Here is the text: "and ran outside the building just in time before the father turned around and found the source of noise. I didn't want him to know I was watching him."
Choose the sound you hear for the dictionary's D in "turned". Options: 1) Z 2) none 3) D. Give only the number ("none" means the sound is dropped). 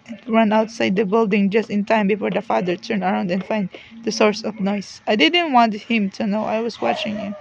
2